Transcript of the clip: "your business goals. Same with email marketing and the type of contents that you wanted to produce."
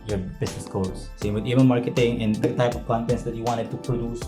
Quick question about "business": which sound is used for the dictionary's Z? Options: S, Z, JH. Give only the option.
S